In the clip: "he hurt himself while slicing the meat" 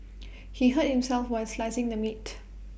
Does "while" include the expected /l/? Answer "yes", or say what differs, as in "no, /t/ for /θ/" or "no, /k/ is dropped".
no, /n/ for /l/